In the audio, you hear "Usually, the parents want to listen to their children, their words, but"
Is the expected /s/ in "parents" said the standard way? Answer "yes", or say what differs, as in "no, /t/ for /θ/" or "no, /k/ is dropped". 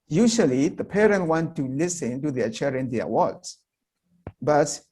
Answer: no, /s/ is dropped